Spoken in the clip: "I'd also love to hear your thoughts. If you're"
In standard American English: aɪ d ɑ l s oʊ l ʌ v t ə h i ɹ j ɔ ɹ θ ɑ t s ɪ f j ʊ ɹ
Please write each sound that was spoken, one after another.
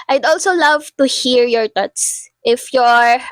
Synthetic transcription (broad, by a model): aɪ d ɑ l s oʊ l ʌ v t ə h i ɹ j ɔ ɹ t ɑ t s ɪ f j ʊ ɹ